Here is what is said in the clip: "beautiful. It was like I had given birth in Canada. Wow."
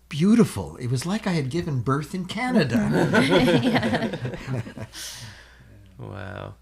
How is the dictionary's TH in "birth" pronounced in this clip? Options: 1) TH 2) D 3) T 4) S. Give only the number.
1